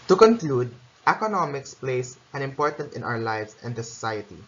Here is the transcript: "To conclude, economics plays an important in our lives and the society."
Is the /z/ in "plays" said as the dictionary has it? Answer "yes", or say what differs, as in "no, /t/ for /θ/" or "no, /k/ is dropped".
no, /s/ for /z/